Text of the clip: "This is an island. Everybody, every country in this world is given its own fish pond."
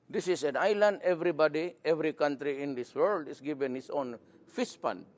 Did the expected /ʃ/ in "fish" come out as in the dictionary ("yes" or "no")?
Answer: no